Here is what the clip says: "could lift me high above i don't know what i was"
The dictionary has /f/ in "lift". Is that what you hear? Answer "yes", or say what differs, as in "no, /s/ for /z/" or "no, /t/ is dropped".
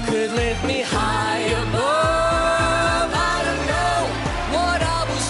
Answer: no, /f/ is dropped